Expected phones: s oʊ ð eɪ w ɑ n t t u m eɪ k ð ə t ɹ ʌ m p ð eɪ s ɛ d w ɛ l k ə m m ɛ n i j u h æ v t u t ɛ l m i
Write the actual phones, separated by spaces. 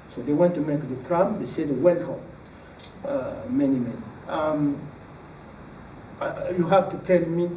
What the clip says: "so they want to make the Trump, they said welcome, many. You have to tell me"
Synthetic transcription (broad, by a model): s oʊ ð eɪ w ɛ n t t u m eɪ k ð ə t ɹ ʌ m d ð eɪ s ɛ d w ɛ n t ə m m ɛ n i j u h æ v t u t ɛ l m i